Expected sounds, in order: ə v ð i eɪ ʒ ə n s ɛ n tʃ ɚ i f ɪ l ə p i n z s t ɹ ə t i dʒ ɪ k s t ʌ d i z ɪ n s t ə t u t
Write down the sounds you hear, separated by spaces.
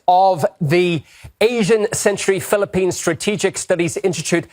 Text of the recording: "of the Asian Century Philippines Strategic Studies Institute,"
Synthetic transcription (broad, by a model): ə v ð i eɪ ʒ ə n s ɛ n tʃ ɚ i f ɪ l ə p i n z s t ɹ ə t i dʒ ɪ k s t ʌ d i z ɪ n s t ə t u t